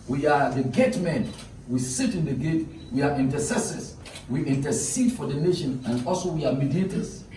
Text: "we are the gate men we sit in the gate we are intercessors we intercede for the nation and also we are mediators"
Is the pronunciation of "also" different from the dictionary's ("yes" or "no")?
no